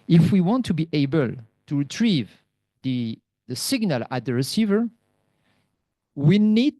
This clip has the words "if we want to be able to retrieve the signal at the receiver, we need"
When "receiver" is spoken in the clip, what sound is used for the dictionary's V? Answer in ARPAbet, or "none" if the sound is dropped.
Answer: V